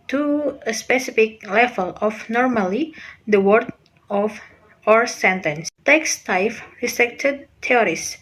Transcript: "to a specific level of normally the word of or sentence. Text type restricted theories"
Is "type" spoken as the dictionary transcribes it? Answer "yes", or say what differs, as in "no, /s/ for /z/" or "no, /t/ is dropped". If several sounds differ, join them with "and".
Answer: no, /f/ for /p/